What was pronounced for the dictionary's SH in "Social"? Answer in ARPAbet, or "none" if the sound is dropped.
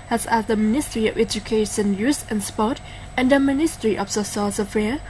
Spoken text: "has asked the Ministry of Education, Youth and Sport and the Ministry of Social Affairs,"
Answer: S